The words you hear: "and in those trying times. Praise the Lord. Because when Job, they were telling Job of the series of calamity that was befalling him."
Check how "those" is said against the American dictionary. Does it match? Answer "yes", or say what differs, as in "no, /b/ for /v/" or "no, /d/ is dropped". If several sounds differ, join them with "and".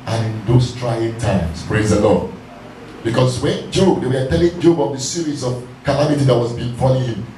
no, /s/ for /z/